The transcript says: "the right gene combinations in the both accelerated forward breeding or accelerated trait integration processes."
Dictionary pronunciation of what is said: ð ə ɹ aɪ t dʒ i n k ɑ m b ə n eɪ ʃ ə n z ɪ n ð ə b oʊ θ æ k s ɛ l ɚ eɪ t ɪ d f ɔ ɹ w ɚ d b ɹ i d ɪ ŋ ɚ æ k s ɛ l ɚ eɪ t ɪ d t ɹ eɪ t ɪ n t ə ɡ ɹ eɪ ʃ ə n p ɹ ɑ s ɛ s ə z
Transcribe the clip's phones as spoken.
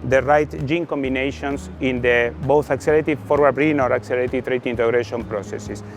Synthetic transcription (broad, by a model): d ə ɹ aɪ t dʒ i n k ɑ m b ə n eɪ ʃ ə n s ɪ n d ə b oʊ θ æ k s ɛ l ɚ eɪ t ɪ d f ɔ ɹ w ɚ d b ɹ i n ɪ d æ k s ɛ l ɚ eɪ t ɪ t ɹ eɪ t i n t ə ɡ ɹ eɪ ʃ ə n p ɹ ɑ s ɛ s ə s